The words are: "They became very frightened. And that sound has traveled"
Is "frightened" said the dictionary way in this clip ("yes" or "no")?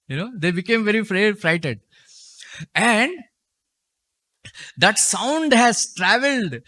no